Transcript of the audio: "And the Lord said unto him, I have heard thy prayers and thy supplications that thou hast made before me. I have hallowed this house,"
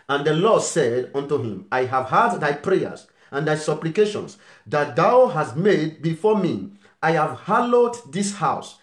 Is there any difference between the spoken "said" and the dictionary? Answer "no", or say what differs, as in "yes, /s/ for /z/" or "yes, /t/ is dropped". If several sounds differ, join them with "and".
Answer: no